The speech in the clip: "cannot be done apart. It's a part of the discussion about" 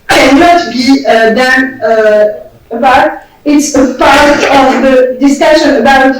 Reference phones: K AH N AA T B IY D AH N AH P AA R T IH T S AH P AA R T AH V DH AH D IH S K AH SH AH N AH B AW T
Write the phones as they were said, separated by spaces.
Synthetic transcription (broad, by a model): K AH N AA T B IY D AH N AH B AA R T IH T S AH P AA R T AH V DH AH D IH S K AH SH AH N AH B AW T